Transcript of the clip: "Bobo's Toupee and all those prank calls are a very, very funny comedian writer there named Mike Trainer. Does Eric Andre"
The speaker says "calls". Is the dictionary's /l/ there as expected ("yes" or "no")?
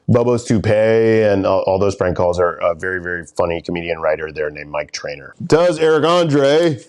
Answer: yes